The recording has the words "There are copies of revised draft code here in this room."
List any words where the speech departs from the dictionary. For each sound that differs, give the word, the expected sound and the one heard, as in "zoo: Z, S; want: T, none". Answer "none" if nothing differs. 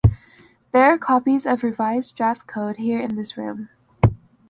none